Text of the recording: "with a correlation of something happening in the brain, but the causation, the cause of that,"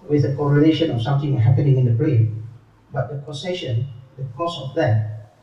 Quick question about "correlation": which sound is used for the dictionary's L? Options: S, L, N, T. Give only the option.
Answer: N